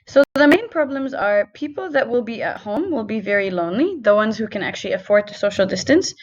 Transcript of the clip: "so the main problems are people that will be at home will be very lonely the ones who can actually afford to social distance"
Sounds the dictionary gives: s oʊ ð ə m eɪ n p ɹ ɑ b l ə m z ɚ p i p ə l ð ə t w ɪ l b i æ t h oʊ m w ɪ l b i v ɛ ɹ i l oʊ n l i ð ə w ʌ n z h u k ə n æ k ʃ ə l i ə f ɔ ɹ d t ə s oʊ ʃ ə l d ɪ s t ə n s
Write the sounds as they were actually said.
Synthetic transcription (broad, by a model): s oʊ ð ə m eɪ n p ɹ ɑ b l ə m z ɚ p i p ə l ð ə t w ɪ l b i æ t h oʊ m w ɪ l b i v ɛ ɹ i l oʊ n l i ð ə w ʌ n z h u k ə n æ k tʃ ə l i ə f ɔ ɹ d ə s oʊ ʃ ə l d ɪ s t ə n s